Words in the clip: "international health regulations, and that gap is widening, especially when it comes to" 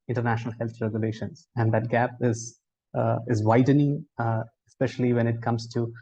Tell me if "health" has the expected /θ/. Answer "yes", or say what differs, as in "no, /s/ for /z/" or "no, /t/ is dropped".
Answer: no, /t/ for /θ/